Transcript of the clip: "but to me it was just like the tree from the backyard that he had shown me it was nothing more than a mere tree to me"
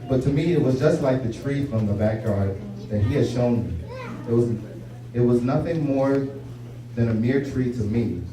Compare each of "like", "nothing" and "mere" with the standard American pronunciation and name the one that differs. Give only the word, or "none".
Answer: none